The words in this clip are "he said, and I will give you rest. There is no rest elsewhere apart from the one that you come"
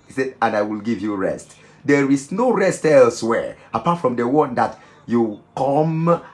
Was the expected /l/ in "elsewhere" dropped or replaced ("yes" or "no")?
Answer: no